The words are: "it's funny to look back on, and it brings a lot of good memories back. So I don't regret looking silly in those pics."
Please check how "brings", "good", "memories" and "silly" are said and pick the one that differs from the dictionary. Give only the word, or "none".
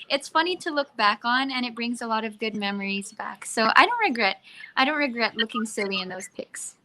none